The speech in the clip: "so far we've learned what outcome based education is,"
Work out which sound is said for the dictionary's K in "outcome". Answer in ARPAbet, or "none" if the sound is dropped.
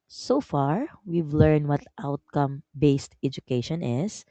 K